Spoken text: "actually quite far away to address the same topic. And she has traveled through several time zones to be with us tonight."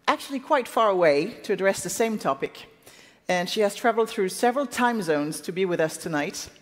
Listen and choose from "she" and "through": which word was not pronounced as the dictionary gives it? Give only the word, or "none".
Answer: none